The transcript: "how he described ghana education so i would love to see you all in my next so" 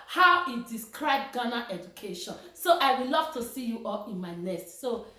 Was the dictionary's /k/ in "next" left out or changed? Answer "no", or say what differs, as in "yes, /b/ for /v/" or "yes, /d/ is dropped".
yes, /k/ is dropped